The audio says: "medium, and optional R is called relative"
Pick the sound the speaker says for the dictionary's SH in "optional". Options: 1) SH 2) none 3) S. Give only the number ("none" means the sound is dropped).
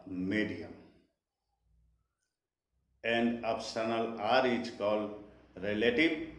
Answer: 3